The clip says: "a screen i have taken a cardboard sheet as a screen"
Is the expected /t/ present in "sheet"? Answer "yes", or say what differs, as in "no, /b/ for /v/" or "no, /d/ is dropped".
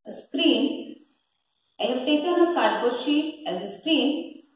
no, /t/ is dropped